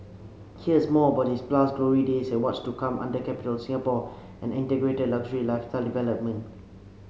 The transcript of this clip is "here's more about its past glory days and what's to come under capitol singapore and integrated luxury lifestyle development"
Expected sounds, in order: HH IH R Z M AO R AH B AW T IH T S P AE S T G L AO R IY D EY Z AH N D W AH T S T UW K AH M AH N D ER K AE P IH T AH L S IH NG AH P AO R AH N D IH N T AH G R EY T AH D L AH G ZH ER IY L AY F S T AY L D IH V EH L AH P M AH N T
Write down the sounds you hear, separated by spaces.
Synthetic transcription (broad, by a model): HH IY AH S M AO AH B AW T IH S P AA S G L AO R IY D EY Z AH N W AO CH T UW K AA M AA N D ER K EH P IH T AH L S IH NG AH P AO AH N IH N T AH G R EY T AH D L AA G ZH ER IY L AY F T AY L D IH V EH L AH P M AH N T